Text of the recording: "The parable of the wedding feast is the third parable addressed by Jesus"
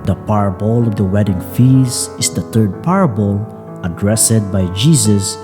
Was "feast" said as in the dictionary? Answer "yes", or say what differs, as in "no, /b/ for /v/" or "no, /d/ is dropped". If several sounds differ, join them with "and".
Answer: no, /t/ is dropped